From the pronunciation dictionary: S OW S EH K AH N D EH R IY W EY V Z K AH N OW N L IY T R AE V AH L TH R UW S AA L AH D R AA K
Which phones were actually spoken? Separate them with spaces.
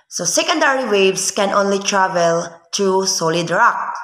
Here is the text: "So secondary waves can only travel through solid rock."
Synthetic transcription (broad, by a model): S OW S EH K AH N D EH R IY W EY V S K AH N OW N L IY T R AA V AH L T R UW S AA L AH D R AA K